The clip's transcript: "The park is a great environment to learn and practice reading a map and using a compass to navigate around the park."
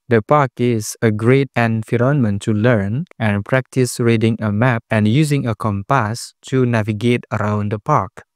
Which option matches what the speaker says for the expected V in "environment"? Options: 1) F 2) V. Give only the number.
1